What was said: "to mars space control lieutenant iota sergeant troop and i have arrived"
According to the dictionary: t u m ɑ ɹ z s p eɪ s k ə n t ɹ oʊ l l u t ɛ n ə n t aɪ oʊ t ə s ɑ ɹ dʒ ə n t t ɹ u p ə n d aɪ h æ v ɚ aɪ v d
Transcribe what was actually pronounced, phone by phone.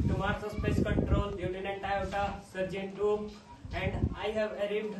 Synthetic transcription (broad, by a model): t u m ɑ ɹ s s p eɪ s k ə n t ɹ oʊ l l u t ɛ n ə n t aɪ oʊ s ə s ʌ ɹ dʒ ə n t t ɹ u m ə n d aɪ h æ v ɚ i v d